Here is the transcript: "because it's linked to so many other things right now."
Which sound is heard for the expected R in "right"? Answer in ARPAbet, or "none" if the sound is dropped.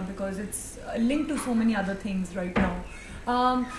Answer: R